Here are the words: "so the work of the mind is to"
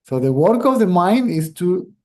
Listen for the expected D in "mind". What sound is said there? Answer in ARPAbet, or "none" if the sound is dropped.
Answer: D